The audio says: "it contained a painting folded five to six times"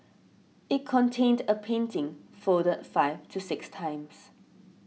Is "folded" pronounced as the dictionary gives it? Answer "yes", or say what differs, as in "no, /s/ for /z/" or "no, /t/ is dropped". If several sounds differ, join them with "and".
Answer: no, /l/ is dropped